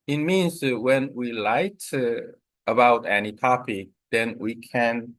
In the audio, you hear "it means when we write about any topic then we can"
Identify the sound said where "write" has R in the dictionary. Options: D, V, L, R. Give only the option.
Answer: L